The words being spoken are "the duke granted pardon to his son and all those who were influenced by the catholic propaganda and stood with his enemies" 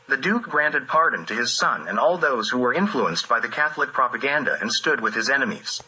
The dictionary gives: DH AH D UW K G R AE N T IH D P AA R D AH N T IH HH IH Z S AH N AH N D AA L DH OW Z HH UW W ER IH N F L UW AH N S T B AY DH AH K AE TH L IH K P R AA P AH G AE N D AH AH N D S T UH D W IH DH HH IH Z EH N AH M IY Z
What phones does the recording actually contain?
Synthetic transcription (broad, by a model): DH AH D UW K G R AE N T IH D P AA R D N T IH IH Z S AH N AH N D AA L DH OW Z HH UW W ER IH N F L UW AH N S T B AY DH AH K AE TH L IH K P R AA P AH G AE N D AH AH N S T UH D W IH DH IH Z EH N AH M IY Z